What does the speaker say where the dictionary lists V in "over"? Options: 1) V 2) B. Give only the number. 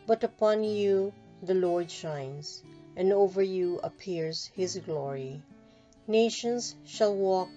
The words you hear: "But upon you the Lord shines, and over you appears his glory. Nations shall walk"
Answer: 1